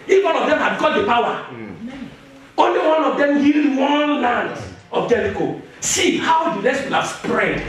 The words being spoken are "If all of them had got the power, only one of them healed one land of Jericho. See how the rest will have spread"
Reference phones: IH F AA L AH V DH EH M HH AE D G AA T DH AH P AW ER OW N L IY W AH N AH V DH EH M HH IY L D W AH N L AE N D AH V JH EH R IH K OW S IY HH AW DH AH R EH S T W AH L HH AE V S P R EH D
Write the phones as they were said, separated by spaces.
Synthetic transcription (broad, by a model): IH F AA N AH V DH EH M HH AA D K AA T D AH P AW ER OW N L IY W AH N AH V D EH M HH IY L D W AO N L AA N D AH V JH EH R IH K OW S IY HH AW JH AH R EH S W AH L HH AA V S P R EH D